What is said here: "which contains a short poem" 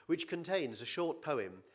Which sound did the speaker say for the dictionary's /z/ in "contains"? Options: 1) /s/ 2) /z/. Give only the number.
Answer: 2